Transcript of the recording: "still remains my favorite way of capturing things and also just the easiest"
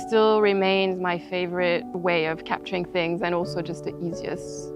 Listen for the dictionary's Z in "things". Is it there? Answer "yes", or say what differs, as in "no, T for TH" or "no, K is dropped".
yes